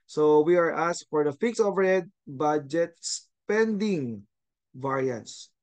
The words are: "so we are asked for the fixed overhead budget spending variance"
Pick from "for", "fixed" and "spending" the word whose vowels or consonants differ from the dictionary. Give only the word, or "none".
fixed